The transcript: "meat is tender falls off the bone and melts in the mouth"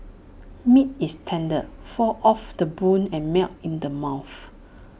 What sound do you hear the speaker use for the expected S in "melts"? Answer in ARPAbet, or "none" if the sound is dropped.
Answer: none